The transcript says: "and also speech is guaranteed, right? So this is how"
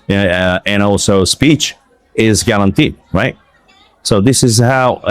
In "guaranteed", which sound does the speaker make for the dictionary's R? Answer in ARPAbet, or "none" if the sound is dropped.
L